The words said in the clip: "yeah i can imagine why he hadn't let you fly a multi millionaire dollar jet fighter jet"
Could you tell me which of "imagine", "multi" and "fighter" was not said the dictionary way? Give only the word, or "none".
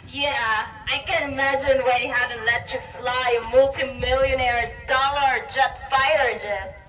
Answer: none